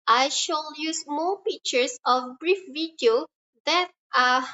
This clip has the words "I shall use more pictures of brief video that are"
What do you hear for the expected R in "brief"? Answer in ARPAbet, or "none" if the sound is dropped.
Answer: R